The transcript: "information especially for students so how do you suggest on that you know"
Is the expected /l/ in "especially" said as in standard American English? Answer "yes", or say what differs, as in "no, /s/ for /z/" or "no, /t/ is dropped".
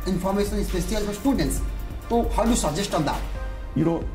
no, /l/ is dropped